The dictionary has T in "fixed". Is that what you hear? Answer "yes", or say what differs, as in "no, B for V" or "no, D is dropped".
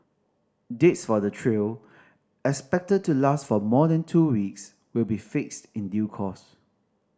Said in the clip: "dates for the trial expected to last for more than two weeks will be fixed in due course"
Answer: yes